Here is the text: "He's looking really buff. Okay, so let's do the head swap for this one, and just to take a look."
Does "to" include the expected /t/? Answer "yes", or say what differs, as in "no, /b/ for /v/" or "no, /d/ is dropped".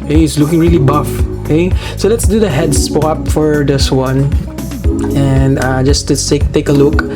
no, /s/ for /t/